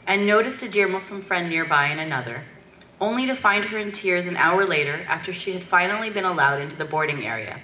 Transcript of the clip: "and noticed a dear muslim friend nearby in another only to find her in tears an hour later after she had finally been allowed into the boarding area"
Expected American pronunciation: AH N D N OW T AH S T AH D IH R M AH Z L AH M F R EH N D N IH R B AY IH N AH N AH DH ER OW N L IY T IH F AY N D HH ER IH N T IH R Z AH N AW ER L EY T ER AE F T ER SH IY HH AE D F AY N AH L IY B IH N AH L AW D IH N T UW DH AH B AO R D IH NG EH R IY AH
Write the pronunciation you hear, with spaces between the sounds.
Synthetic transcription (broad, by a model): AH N N OW T AH S T AH D IH R M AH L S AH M F R EH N N IH R B AY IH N AH N AH DH ER OW N L IY T IH F AY N D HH ER IH N T IH R Z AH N AW ER L EY T ER AE F T ER SH IY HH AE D F AY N L IY B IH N AH L AW D IH N T UW DH AH B AO R D IH NG EH R IY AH